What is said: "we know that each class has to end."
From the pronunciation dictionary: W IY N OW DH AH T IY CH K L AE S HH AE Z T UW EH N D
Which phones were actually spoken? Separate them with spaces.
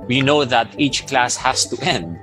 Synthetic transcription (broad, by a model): W IY N OW DH AH T IY CH K L AE S HH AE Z T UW EH N D